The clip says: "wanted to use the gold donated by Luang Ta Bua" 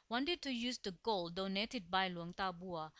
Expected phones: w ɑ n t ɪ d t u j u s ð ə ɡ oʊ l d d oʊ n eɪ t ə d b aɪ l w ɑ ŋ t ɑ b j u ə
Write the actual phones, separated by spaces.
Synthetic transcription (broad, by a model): w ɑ n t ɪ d t u j u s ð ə ɡ oʊ l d d oʊ n eɪ t ə d b aɪ l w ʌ ŋ t ɑ b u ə